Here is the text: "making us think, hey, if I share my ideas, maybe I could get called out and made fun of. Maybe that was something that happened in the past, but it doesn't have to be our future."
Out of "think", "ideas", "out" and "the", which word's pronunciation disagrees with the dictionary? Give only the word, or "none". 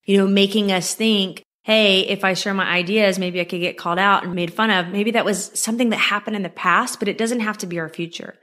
none